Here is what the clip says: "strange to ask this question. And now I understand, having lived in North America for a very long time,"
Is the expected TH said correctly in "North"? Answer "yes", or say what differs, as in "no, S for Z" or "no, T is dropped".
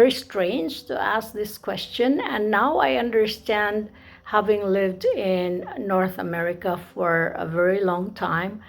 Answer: yes